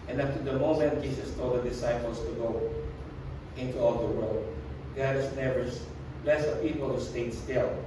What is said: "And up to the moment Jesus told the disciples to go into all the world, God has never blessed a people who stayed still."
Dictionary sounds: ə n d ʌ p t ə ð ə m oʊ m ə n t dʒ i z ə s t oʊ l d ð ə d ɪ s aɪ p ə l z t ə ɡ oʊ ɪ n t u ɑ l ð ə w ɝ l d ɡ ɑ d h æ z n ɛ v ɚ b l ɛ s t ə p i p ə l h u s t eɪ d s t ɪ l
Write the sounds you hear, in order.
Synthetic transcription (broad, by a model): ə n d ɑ f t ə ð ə m oʊ m ə n t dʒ i s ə s t oʊ l d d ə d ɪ s aɪ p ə l s t ə ɡ oʊ ɪ n t u ɑ l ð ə w ɝ l d ɡ ɑ d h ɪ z n ɛ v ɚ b l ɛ s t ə p i p ə l h u s t eɪ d s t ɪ l